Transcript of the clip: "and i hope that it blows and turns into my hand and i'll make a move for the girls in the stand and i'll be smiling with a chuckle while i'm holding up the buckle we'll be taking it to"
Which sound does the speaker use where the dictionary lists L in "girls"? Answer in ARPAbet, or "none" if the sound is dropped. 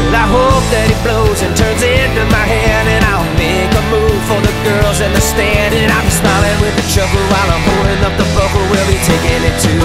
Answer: L